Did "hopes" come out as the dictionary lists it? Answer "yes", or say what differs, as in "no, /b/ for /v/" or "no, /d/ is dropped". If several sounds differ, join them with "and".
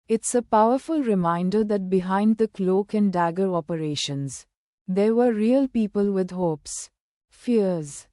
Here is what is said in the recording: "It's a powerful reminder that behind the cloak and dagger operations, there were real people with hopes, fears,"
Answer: yes